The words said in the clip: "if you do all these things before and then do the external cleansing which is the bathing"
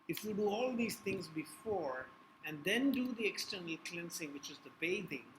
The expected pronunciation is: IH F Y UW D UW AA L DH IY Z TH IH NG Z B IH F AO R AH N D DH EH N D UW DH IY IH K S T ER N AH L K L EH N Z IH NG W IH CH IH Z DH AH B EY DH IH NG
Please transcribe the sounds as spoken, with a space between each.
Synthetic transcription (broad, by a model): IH F Y UW D UW AA L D IY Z T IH NG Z B IH F AO R AH N D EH N D UW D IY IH K S T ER N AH L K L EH N S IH NG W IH CH IH Z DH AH B EY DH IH NG